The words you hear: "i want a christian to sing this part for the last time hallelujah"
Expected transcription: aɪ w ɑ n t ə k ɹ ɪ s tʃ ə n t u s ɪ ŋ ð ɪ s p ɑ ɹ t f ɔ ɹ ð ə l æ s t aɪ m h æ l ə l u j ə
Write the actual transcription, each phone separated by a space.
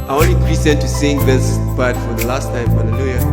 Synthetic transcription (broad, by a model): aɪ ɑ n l ə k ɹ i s ə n t u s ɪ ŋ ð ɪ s b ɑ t f ɔ ɹ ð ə l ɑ s t aɪ m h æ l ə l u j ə